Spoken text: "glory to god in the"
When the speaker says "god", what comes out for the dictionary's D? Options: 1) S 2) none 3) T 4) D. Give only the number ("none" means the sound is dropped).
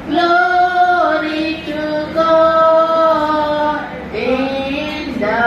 2